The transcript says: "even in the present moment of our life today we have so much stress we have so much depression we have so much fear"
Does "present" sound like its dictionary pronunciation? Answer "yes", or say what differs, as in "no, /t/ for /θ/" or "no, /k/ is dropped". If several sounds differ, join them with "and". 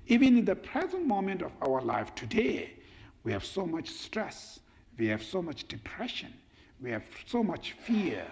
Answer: yes